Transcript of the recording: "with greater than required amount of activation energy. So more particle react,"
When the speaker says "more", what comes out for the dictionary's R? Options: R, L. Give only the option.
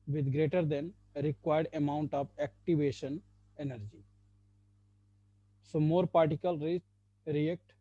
R